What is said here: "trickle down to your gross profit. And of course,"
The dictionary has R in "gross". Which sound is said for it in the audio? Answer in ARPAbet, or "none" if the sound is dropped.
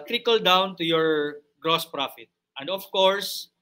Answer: R